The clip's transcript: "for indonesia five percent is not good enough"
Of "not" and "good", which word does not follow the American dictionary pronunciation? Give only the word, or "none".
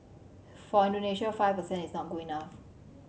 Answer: good